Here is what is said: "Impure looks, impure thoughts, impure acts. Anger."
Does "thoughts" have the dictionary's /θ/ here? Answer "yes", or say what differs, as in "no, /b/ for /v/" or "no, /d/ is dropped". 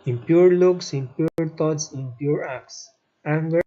no, /t/ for /θ/